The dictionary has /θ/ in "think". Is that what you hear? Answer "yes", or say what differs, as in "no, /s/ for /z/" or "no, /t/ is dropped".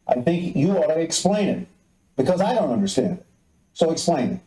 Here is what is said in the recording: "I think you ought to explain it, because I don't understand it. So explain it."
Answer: yes